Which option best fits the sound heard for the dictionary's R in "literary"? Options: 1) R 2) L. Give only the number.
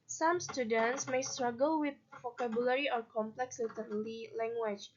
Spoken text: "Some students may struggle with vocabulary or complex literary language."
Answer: 2